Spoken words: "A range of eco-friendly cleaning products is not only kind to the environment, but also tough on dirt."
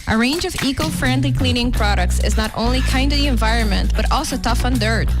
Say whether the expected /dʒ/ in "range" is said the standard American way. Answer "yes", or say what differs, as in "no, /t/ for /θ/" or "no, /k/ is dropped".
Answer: yes